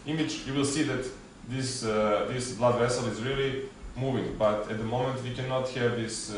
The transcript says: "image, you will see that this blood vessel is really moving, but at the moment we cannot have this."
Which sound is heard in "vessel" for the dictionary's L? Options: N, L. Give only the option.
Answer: L